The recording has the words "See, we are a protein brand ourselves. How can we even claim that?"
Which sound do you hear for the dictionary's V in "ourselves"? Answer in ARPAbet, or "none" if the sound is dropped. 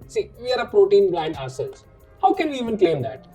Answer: none